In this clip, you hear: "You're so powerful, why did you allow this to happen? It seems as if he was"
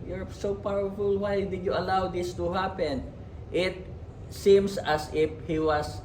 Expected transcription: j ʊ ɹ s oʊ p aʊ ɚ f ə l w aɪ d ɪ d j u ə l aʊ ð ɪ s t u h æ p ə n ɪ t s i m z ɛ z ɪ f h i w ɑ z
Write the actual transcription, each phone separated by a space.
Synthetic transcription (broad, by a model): j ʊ ɹ s oʊ p aʊ ɚ f ə l w aɪ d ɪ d j u ə l aʊ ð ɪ s t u h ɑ p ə n ɪ t s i m s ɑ s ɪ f h i w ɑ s